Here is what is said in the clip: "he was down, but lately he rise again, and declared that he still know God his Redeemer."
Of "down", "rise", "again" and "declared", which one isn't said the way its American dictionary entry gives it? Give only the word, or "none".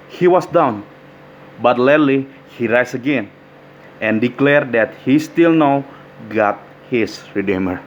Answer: rise